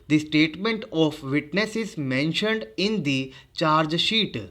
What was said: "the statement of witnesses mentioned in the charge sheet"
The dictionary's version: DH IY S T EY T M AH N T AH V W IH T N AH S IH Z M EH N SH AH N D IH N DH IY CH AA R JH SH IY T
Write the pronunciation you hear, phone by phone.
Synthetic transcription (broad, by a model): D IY S T EY T M AH N T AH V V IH T N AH S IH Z M EH N SH AH N D IH N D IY CH AA R JH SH IY T